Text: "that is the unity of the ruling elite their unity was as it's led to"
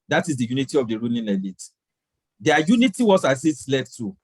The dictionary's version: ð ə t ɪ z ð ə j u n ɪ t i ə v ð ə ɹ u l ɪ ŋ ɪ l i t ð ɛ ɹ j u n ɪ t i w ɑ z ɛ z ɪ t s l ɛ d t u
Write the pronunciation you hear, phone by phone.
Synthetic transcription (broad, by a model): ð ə t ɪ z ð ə j u n ɪ t i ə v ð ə ɹ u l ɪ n ɪ l i t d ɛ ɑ j u n ɪ t i w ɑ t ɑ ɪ s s l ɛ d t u